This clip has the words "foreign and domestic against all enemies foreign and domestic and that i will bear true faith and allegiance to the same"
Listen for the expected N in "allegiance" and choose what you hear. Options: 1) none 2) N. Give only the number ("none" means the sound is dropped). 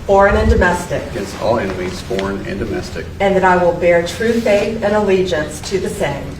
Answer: 2